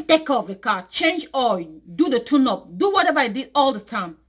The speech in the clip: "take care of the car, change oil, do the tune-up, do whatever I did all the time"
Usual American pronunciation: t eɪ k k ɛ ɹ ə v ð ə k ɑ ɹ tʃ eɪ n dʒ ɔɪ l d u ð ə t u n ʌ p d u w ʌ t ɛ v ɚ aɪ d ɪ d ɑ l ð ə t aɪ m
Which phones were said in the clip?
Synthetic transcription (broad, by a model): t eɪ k k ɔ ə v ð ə k ɑ tʃ eɪ n dʒ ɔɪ d u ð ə t u n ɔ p d u w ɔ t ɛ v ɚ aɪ d ɪ d ɑ l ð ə t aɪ m